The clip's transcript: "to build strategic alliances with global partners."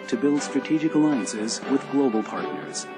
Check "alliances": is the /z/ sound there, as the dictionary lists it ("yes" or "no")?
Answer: yes